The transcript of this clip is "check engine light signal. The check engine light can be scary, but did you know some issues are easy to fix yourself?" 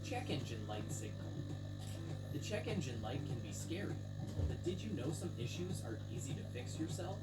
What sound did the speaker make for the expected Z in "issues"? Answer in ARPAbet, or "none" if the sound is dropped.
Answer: Z